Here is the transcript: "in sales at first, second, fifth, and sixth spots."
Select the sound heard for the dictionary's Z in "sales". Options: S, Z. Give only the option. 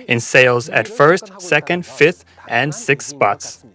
Z